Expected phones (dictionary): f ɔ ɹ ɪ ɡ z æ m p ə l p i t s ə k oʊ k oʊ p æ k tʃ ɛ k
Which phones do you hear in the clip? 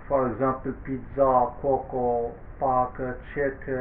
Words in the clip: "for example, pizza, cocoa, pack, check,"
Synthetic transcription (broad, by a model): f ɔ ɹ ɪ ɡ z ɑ p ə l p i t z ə k oʊ k oʊ p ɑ k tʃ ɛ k